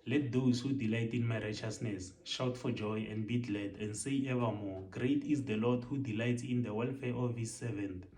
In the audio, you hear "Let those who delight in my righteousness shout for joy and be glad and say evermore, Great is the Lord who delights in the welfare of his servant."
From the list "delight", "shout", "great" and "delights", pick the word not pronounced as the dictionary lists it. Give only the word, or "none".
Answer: none